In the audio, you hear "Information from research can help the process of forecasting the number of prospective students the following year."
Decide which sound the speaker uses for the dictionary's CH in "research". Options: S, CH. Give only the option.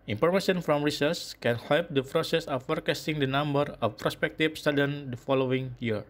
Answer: S